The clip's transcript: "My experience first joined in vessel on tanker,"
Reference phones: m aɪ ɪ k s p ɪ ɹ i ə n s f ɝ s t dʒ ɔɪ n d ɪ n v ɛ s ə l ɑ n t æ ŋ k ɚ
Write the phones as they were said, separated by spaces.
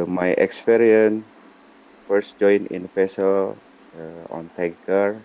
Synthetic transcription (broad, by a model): m aɪ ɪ k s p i ɹ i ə n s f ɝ s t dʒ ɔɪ n ɪ n p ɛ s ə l ɑ n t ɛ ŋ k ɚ